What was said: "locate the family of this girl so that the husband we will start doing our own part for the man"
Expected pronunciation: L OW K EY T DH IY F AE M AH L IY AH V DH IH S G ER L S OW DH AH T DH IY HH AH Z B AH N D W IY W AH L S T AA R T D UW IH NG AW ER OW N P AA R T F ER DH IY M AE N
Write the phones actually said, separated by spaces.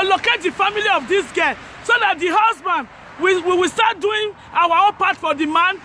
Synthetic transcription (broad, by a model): L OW K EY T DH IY F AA M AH L IY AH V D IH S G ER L S OW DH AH T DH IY HH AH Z B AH N D W IY W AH W S T AA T D UW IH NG AW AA OW N P AA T F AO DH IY M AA N